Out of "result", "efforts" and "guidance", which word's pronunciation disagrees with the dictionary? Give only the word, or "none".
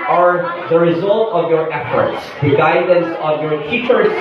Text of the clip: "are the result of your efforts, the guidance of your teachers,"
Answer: none